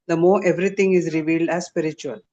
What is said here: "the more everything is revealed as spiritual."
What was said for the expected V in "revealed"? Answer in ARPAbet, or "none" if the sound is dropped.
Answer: V